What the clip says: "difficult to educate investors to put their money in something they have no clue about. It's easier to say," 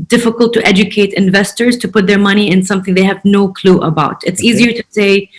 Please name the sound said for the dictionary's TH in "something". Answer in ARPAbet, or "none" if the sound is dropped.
TH